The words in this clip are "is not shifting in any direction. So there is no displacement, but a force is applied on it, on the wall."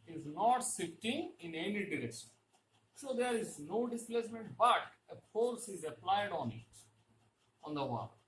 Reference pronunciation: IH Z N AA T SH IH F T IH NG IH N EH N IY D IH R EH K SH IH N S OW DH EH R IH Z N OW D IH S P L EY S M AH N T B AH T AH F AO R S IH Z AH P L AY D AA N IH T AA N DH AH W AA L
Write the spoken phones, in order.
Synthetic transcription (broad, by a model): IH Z N AA T S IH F T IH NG IH N EH N IY D IH R EH K SH IH N S OW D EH R IH Z N OW D IH S P L EY S M AH N T B AH T AH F AO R S IH Z AH P L AY D AA N IH T AA N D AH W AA